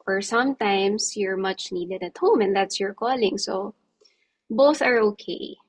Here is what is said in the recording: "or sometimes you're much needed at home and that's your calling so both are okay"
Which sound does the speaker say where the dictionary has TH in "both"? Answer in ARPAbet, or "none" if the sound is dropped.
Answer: TH